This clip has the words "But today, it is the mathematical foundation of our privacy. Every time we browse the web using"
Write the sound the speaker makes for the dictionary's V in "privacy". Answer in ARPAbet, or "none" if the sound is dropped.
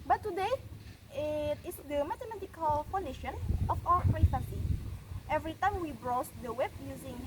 F